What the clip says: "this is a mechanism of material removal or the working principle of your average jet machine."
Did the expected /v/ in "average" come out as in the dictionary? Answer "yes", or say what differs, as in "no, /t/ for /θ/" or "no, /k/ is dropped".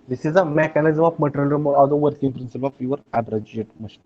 no, /b/ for /v/